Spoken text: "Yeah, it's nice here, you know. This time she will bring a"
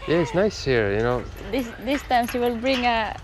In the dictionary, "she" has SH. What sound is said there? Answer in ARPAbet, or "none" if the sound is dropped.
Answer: S